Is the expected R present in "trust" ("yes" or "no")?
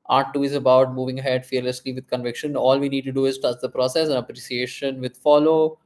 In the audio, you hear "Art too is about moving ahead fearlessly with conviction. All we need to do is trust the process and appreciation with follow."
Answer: no